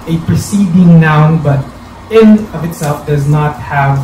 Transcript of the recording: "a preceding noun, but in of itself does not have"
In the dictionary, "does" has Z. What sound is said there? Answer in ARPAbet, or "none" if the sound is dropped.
Z